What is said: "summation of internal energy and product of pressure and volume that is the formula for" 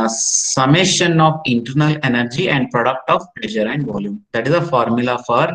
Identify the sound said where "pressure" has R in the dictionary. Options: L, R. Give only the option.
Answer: L